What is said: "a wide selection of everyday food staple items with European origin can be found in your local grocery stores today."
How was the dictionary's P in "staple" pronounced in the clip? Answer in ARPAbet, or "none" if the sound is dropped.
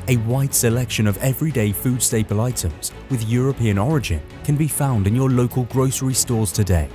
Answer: P